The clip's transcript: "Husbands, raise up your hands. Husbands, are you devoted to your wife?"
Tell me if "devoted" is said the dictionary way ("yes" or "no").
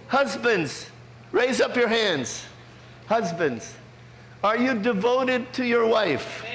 yes